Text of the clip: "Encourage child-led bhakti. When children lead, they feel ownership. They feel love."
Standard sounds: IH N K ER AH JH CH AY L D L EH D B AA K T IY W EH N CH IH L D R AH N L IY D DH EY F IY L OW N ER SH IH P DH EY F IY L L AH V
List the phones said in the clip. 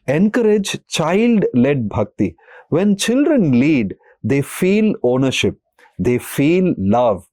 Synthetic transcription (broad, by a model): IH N K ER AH JH CH AY L D L EH D B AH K T IY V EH N CH IH L D R AH N L IY D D EY F IY L OW N ER SH IH P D EY F IY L L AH V